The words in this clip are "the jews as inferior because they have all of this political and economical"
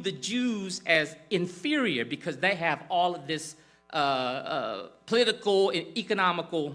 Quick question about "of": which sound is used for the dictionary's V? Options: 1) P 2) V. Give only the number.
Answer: 2